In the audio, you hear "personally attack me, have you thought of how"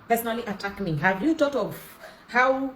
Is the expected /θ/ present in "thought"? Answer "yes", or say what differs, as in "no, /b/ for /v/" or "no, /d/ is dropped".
no, /t/ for /θ/